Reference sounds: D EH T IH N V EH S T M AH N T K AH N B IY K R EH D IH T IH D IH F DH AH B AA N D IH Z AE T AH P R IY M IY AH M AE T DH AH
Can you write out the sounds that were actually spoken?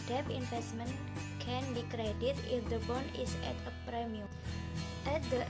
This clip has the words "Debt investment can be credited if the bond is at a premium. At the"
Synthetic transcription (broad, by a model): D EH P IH N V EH S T M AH N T K AH N B IY K R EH D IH T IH IH F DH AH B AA N IH S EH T AH P R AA M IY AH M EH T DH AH